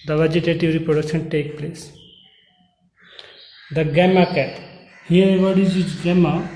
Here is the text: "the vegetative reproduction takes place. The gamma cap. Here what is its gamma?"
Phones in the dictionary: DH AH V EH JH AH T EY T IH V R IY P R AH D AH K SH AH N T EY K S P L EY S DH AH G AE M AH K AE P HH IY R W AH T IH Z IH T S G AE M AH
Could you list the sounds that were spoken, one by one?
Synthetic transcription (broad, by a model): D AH V EH JH AH T EY T IH V R IY P R AH D AH K SH AH N T EY K P L EY S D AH G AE M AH K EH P HH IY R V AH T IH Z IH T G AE M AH